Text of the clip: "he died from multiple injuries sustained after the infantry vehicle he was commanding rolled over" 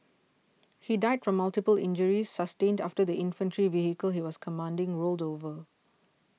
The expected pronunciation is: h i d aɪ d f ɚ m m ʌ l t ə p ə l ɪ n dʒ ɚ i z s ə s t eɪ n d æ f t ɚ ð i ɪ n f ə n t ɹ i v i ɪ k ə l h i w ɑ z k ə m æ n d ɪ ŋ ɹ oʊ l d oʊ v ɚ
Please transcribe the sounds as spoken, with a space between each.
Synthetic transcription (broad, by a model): h i d aɪ d f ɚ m m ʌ l t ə p ə l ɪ n dʒ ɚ i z s ə s t eɪ n d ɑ f t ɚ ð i ɪ n f ə n t ɹ i v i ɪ k ə l h i w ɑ s k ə m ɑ n d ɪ ŋ ɹ oʊ l d oʊ v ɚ